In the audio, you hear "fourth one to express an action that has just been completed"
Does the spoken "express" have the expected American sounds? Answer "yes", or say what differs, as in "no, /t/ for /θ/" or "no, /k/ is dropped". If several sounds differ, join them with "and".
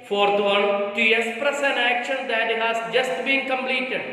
no, /k/ is dropped